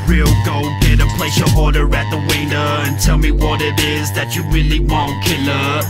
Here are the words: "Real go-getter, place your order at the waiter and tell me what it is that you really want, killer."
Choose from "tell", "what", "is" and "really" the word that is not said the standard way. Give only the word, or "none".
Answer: none